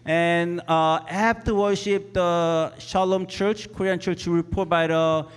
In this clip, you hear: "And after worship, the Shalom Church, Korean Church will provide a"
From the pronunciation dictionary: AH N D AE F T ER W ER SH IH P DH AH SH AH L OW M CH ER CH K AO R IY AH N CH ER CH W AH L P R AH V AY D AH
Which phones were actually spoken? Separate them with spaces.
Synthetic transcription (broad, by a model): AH N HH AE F T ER W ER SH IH P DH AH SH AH L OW M CH ER CH K AO R IY AH N CH ER CH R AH P AH B AY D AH